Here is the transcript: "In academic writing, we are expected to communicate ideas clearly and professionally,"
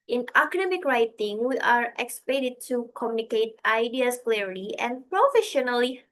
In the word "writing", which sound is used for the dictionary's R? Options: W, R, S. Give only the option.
R